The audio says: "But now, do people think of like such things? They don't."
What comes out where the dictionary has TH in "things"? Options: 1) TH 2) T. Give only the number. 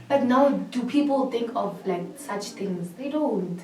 2